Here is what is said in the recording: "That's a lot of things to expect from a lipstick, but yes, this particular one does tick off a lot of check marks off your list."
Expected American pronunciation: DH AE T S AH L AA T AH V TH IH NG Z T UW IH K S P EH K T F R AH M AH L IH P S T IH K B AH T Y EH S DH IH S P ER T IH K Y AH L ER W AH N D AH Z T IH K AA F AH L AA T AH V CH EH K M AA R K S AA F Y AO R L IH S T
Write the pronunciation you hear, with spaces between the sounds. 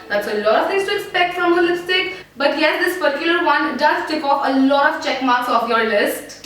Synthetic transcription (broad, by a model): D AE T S AH L AA T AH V T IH NG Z T UW IH K S P EH K T F R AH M AH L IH S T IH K B AH T Y EH S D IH S P ER T IH K Y AH L ER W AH N D AH Z T IH K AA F AH L AA T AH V CH EH K M AA R K S AA F Y AO R L IH S T